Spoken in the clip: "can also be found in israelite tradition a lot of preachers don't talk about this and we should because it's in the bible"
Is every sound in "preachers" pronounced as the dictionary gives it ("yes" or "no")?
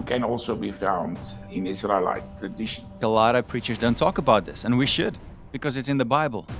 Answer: yes